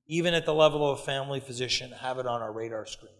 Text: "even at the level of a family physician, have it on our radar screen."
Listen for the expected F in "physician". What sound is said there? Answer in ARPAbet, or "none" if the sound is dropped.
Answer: F